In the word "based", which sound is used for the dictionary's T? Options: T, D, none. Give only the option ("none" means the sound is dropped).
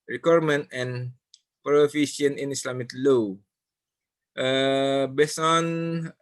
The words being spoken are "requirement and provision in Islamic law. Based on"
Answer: none